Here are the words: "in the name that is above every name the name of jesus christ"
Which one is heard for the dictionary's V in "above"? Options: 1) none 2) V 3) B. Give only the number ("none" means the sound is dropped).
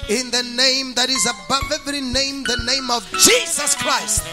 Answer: 2